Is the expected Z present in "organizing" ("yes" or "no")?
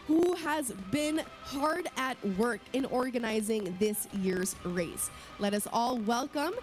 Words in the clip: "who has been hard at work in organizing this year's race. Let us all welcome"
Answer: yes